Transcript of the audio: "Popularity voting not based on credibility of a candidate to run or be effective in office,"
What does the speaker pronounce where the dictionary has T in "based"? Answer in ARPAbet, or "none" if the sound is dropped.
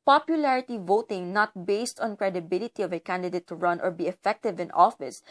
T